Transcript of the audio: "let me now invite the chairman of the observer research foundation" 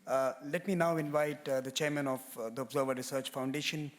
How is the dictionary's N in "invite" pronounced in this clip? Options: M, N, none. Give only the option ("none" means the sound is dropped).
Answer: N